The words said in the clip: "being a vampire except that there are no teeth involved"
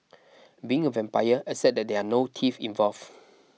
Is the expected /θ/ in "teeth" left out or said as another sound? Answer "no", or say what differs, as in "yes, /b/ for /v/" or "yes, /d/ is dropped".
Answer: yes, /f/ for /θ/